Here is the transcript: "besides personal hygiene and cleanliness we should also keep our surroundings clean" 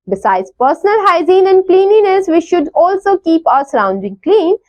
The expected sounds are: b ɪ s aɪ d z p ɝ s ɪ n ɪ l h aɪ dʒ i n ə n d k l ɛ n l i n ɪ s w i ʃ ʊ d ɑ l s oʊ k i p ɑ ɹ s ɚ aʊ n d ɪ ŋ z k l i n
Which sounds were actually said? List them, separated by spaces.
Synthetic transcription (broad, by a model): b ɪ s aɪ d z p ɝ s ɪ n ɪ l h aɪ z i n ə n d k l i n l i n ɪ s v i ʃ ʊ d ɑ l s oʊ k i p ɑ ɹ s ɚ aʊ n d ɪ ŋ k l i n